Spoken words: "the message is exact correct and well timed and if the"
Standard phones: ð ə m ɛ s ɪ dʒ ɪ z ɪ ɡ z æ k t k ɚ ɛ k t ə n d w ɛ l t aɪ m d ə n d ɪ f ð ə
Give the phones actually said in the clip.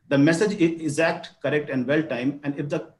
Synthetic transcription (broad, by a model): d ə m ɛ s ɪ dʒ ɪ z ɪ ɡ z æ k t k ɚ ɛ k t ə n d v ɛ l t aɪ m ə n d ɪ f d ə